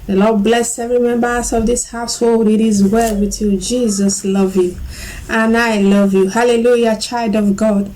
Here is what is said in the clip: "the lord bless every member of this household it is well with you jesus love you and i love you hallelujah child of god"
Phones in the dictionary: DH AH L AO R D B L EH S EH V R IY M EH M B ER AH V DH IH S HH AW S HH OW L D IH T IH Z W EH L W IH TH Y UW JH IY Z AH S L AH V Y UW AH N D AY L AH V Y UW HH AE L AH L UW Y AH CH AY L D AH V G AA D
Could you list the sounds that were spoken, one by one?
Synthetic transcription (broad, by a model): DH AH L AO D B L EH S EH V R IY M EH M B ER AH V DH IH S HH AW S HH OW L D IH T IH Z W EH L W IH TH Y UW JH IY Z AH S L AH V Y UW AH N AY L AH V Y UW HH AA L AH L UW Y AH CH AY L D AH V G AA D